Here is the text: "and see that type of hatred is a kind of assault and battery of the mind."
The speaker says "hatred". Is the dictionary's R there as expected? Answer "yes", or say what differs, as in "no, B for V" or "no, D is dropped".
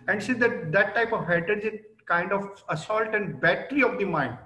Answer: no, R is dropped